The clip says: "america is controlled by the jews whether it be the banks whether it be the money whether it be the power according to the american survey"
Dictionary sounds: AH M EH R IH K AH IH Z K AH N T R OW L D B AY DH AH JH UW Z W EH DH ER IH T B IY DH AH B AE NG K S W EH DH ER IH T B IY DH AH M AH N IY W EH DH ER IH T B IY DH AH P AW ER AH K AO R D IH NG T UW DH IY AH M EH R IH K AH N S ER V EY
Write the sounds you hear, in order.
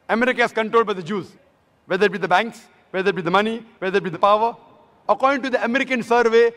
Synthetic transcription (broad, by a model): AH M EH R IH K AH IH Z K AH N T R OW L D B AY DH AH JH UW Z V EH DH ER IH T B IY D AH B AE NG K S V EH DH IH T B IY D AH M AH N IY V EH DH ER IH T B IY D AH P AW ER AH K AO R D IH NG T UW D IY AH M EH R IH K AH N S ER V EY